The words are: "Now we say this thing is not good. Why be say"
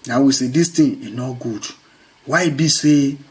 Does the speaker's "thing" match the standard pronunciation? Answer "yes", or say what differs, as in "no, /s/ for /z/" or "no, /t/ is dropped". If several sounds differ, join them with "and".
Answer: no, /t/ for /θ/